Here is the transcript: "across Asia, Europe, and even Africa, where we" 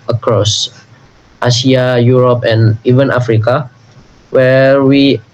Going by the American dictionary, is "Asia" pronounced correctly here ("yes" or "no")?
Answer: no